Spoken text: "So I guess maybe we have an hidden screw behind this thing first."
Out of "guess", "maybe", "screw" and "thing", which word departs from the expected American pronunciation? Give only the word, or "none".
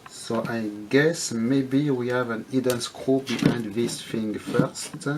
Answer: thing